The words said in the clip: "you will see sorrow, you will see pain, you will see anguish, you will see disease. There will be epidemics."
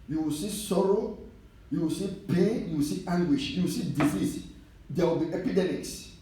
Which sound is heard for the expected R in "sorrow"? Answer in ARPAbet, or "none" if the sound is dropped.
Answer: R